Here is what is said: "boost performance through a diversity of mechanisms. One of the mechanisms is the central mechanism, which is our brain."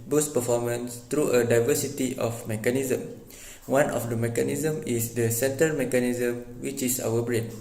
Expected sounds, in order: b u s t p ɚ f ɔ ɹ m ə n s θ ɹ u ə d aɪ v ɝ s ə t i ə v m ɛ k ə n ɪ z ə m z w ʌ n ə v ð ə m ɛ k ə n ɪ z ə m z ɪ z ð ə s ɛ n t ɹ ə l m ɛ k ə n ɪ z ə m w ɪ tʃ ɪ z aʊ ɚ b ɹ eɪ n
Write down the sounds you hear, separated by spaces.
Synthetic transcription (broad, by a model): b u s p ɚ f ɔ m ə n s t ɹ u ə d aɪ v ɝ s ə t i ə f m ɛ k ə n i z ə m w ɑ n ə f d ə m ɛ k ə n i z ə m ɪ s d ə s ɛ n t ə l m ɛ k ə n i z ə m w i tʃ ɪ s aʊ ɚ b ɹ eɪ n